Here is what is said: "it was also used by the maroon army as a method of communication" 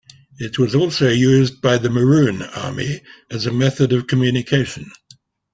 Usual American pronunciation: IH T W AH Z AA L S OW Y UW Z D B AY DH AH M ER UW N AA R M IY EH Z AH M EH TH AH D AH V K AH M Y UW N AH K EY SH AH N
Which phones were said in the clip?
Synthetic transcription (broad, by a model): IH T W AH Z AA L S OW Y UW Z B AY DH AH M ER UW N AA R M IY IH Z AH M EH TH AH D AH V K AH M Y UW N AH K EY SH AH N